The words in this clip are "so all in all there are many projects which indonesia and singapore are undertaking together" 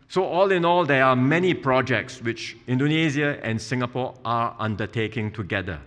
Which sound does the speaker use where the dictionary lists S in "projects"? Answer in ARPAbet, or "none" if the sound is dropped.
S